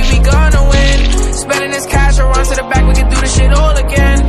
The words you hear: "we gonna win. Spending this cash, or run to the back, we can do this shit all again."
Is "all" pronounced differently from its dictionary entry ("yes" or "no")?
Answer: no